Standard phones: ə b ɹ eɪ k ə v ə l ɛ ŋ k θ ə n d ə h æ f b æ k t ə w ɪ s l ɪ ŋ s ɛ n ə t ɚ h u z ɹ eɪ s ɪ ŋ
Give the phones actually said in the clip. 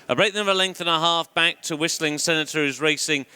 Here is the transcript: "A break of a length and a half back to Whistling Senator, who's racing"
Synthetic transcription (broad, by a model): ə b ɹ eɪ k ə b ə l ɛ ŋ k θ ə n ə h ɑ f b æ k t ə w ɪ s l ɪ ŋ s ɛ n ə t ɚ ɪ z ɹ eɪ s ɪ ŋ